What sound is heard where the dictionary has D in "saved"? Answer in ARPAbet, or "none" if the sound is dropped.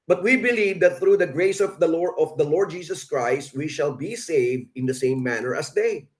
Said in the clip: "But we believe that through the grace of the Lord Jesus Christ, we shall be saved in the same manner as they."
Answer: D